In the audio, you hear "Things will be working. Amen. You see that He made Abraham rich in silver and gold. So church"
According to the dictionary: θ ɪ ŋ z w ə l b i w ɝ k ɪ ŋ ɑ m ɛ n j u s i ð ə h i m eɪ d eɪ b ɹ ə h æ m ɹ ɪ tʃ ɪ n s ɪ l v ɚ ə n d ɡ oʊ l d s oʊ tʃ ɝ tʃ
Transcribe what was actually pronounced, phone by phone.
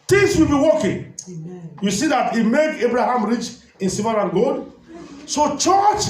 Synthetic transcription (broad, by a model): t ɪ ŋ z w ə l b i w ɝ k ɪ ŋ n j u s i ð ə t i m eɪ d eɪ b ɹ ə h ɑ m ɹ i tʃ ɪ n s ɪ v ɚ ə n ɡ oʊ d s oʊ tʃ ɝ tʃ